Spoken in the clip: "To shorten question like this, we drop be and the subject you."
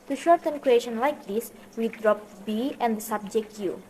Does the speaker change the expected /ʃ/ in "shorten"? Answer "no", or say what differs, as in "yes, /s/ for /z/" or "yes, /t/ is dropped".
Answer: no